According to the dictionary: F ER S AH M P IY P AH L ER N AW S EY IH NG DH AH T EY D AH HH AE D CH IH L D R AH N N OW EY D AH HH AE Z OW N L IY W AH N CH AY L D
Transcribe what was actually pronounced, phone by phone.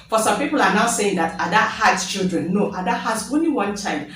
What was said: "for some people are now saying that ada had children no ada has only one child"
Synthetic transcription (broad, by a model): F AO S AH M P IY P AH L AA N AW S EY IH NG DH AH T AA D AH HH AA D CH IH L D R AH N N OW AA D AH HH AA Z OW N L IY W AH N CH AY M